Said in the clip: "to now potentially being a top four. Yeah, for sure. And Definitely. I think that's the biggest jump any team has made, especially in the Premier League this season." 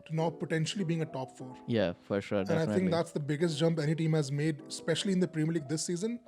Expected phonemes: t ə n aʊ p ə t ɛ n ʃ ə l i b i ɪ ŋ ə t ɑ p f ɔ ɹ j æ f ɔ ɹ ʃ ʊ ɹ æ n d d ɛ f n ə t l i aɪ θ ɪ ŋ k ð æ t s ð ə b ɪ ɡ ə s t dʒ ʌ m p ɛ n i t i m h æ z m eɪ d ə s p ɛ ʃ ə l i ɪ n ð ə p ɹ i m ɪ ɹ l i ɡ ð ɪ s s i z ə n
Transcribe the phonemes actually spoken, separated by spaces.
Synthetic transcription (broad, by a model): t n aʊ p ə t ɛ n ʃ ə l i b i ɪ ŋ ə t ɑ p f ɔ ɹ j æ f ɔ ɹ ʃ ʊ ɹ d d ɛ n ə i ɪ ŋ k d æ t s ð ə b ɪ ɡ ə s t dʒ ʌ m p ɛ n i t i m h æ z m eɪ d s p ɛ ʃ ə l i ɪ n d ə p ɹ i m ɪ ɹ l i ɡ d ɪ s s i z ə n